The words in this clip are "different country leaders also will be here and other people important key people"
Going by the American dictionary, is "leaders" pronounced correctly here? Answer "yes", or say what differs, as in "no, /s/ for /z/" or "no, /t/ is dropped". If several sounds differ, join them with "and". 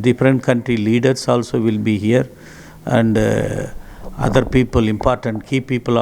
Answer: no, /s/ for /z/